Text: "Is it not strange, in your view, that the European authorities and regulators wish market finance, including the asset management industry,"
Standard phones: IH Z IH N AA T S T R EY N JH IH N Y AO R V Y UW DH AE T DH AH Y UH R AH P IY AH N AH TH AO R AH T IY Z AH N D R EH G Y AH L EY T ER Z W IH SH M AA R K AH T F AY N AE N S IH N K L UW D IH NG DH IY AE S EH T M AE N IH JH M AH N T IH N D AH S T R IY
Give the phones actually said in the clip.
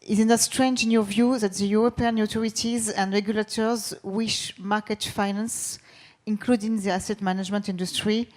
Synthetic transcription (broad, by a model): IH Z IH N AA S T R EY N JH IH N Y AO V Y UW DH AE T DH AH Y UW R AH P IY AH N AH T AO R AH T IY Z AH N D R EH G Y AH L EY T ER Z W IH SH M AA K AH T F AY N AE N S IH N K L UW D IH NG DH IY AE S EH T M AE N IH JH M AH N T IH N D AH S T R IY